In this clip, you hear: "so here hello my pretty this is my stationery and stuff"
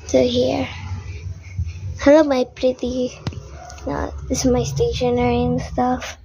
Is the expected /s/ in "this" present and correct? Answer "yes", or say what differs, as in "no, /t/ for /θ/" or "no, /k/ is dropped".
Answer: no, /s/ is dropped